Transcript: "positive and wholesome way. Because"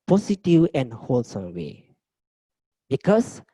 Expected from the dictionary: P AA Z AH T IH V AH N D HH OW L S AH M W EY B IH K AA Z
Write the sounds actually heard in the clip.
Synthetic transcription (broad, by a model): P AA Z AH T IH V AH N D HH OW L S AH M W EY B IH K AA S